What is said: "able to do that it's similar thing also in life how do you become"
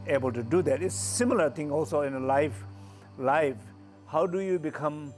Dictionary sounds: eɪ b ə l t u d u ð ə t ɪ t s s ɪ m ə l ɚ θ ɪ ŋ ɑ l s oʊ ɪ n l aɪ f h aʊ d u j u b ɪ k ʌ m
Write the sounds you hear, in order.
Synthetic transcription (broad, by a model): eɪ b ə l t u d u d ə t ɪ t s s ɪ m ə l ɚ t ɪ ŋ ɑ l s oʊ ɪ n l aɪ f h aʊ d u j u b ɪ k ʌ m